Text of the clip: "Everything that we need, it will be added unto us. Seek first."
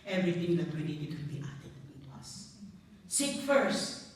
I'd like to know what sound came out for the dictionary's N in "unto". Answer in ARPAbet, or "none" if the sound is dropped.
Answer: none